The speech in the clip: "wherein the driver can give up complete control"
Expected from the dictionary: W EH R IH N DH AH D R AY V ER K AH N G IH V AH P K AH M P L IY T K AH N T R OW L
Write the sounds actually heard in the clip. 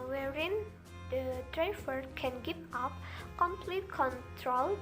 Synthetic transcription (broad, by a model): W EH R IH N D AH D R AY F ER K AH N G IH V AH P K AH M P L IY T K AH N T R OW L